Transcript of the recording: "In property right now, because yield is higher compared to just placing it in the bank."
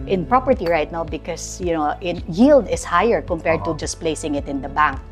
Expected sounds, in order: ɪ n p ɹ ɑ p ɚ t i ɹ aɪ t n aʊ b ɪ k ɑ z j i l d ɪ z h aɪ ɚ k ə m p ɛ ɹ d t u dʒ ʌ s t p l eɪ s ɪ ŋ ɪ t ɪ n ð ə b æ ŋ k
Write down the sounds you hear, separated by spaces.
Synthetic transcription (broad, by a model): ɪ n p ɹ ɑ p ɚ t i ɹ aɪ t n aʊ b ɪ k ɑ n j i l d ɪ s h aɪ ɚ k ə m p ɛ ɹ d t u dʒ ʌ s p l eɪ s ɪ ŋ ɪ t ɪ n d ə b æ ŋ k